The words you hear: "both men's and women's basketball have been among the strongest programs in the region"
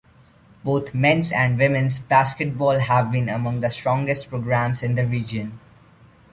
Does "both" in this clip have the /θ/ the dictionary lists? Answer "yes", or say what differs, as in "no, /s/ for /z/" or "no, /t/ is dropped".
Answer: no, /t/ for /θ/